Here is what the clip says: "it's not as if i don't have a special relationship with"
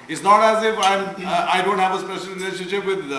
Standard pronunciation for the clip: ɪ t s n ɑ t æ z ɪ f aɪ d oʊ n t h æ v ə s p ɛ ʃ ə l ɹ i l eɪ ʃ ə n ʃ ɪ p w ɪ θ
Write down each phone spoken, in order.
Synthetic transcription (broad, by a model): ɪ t s n ɑ t æ z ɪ f aɪ d oʊ n t h æ v ə s p ɛ ʃ ə l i n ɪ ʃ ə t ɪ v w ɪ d